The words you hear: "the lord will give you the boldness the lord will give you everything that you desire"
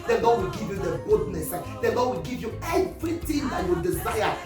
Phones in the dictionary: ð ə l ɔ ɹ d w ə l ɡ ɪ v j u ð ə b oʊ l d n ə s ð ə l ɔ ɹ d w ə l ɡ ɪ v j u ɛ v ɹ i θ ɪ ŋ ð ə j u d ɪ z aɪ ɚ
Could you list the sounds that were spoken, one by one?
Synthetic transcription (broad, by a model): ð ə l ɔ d w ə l ɡ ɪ v j u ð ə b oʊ d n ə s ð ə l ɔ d w ə l ɡ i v j u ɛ v ɹ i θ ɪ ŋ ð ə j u d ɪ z aɪ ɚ